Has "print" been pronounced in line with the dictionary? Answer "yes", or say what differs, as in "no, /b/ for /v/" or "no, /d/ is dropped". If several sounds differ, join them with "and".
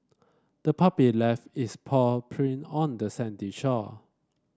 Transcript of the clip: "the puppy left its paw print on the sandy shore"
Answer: no, /t/ is dropped